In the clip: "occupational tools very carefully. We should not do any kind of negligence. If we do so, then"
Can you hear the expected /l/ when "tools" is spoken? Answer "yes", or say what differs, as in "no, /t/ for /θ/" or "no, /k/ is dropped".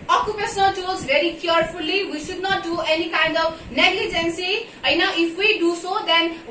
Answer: no, /l/ is dropped